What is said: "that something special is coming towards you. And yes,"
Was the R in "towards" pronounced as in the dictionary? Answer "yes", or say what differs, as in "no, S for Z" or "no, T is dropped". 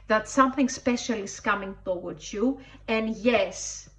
no, W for R